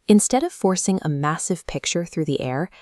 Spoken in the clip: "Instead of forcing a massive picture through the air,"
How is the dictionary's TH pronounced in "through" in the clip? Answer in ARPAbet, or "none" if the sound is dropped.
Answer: TH